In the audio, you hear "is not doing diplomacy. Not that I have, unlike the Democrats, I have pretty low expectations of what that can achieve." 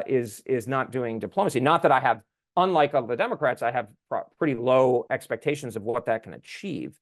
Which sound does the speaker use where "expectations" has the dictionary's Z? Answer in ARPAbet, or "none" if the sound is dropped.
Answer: Z